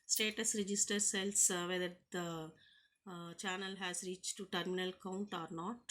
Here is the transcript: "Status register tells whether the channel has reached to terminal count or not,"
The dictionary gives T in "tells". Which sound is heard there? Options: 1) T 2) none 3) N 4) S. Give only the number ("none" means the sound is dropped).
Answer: 4